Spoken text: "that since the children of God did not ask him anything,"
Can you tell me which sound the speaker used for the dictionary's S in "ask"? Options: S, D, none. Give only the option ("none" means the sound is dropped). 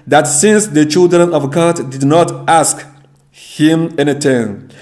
S